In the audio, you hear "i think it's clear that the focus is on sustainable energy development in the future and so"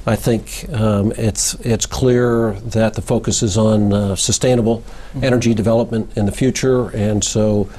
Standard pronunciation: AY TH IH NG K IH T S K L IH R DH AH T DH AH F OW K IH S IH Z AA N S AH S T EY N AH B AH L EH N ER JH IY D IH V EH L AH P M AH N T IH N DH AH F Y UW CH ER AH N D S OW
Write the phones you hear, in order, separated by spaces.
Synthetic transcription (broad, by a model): AY TH IH NG K IH T S K L IH R DH AH T DH AH F OW K IH S IH Z N S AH S T EY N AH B L EH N ER JH IY D IH V EH L AH P M AH N T IH N DH AH F Y UW CH ER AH N S OW